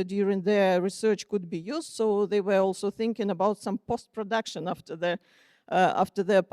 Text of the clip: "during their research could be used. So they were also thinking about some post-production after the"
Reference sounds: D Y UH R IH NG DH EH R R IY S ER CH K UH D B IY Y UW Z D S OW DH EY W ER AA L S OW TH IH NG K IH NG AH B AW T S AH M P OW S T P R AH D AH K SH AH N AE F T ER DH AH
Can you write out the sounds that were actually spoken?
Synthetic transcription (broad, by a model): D Y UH R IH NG DH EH R R IY S ER CH K UH D B IY Y UW Z D S OW DH EY W ER AA L S OW TH IH NG K IH NG AH B AW T S AH M P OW S T P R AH D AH K SH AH N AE F T ER DH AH